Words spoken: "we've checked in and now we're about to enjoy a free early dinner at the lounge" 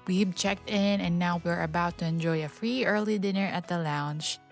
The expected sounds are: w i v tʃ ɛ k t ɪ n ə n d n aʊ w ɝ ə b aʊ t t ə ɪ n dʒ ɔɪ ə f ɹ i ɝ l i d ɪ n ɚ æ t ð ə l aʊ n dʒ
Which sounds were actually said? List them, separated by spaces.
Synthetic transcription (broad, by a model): w i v tʃ ɛ k t ɪ n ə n n aʊ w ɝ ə b aʊ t t ə ɪ n dʒ ɔɪ ə f ɹ i ɝ l i d ɪ n ɚ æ t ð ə l aʊ n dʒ